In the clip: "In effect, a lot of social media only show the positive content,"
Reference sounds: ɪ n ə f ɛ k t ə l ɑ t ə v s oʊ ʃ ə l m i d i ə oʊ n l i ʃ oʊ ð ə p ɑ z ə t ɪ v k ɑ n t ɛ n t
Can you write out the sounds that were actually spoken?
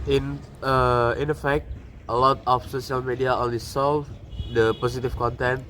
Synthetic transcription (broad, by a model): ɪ n ə f ɛ k t ə l ɑ t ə f s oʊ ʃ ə l m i d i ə oʊ n l i s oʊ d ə p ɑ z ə t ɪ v k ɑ n t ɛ n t